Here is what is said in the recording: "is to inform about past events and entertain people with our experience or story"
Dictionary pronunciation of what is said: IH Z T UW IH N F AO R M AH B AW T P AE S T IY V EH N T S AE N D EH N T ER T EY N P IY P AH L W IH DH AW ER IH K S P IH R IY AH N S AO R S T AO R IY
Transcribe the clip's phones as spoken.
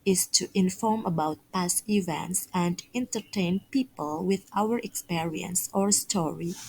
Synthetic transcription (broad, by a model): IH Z T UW IH N F AO R M AH B AW T P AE S IY V EH N T S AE N D EH N T ER T EY N P IY P AH L W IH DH AW ER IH K S P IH R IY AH N S AO R S T AO R IY